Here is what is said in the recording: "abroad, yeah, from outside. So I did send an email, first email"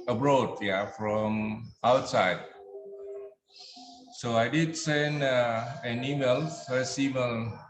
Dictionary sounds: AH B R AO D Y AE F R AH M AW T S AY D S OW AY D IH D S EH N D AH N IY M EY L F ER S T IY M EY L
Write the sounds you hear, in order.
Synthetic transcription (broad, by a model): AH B R AO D Y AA F R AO M AW T S AY D S OW AY D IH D S EH N D AH N IY M EY L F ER S IY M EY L